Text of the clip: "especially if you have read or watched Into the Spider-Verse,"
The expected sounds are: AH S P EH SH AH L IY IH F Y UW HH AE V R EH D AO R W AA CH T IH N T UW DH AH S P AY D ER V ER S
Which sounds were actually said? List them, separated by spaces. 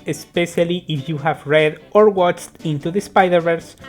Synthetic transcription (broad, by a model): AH S P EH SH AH L IY IH F Y UW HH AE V R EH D AO R W AA CH T IH N T UW DH AH S P AY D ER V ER S